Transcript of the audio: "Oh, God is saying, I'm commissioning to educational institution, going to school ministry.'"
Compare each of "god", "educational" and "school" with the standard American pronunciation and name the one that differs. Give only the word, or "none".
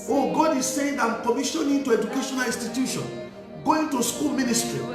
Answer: none